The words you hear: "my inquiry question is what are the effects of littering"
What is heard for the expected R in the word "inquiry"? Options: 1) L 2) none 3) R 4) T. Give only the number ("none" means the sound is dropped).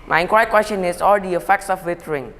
2